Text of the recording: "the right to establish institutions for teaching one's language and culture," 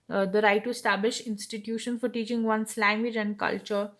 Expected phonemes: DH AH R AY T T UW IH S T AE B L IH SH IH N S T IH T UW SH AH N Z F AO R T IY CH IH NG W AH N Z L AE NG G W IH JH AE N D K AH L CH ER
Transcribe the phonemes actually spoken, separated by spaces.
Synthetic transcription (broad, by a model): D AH R AY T T UW IH S T AE B L IH SH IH N S T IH T UW SH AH N F AO R T IY CH IH NG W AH N S L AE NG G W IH JH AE N D K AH L CH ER